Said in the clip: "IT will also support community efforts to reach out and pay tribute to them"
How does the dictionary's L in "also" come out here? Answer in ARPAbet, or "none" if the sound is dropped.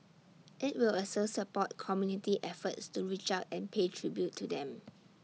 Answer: none